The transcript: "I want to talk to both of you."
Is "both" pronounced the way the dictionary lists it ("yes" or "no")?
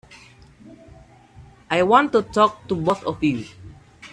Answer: no